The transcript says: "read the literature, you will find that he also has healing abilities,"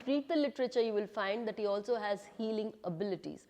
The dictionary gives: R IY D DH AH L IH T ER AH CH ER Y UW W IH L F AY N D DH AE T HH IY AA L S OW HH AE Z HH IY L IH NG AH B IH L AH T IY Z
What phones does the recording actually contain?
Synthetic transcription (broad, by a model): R IY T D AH L IH T ER AH CH ER Y UW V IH L F AY N D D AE T HH IY AA L S OW HH AE Z HH IY L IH NG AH B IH L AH T IY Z